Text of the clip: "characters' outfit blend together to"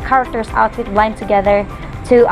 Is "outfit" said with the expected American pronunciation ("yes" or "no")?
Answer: no